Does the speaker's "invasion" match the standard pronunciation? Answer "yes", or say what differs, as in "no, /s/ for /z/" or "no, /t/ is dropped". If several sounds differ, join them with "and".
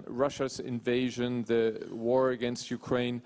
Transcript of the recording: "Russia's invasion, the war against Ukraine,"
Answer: yes